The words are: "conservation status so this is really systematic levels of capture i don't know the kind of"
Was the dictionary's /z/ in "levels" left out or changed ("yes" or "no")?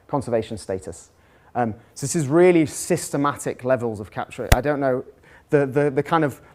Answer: no